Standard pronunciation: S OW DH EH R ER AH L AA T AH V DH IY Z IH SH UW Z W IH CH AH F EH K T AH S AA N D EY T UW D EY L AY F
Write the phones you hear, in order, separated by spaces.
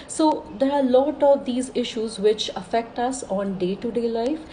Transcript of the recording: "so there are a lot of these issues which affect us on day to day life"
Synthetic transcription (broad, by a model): S OW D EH R AH L AA T AH V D IY Z IH SH UW Z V IH CH AH F EH K T AH S AA N D EY T UW D EY L AY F